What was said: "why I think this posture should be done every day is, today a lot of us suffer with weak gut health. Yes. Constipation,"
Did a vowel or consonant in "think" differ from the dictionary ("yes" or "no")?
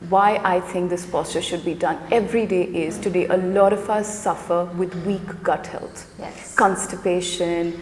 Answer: yes